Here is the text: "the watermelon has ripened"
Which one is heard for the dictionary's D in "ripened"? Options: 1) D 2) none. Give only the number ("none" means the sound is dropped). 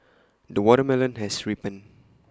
2